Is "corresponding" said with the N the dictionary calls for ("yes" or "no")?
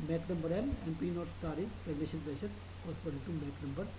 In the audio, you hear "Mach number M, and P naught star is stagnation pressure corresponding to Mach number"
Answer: no